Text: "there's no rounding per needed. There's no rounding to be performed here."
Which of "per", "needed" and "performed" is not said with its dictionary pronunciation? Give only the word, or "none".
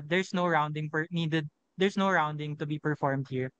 per